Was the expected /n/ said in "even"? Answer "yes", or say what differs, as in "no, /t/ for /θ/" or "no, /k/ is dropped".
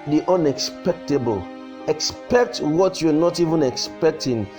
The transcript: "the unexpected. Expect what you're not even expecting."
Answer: yes